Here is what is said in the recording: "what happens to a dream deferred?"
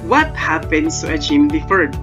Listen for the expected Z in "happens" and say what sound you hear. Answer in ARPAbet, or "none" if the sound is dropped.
S